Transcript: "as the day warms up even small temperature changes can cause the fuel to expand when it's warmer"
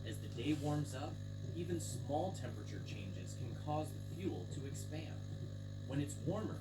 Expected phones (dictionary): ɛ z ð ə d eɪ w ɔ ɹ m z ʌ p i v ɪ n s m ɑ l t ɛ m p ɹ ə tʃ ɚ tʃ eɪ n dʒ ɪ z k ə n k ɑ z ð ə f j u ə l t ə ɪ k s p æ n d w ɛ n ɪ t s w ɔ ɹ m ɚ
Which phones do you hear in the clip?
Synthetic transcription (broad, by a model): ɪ z ð ə d eɪ w ɔ ɹ m z ʌ p i v ɪ n s m ɑ l t ɛ m p ɹ ə tʃ ɚ tʃ eɪ n dʒ ɪ z k n k ɑ z ð ə f j u l t ə ɪ k s p æ n d w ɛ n ɪ t s w ɔ ɹ m ɚ